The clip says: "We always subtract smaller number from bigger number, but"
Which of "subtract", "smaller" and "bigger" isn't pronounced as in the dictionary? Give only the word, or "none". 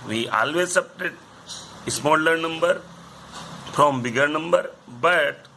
subtract